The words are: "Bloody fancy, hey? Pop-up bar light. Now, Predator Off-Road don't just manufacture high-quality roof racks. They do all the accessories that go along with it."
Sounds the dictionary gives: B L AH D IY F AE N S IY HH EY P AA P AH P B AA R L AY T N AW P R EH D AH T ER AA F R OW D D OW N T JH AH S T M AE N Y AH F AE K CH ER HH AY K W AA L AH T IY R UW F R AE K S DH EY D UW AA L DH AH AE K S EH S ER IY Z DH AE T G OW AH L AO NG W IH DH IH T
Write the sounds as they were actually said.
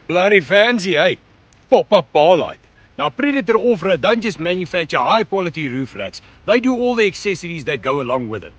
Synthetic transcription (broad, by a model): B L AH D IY F AE N S IY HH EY P AA P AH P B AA L AY T N AW P R EH D AH T ER AA F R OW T D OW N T JH AH S T M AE N Y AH F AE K CH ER HH AY K W AA L AH T IY R UW F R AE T S DH EY D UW AA L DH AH AE K S EH S ER IY Z DH AE T G OW AH L AO NG W IH DH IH T